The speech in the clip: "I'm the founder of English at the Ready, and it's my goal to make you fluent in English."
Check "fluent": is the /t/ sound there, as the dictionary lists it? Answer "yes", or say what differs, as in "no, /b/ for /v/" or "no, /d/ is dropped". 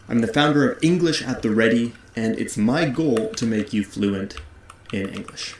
yes